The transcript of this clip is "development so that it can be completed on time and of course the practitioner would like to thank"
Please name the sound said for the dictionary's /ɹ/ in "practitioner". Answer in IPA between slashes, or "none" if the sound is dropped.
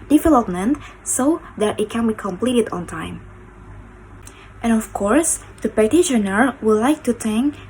none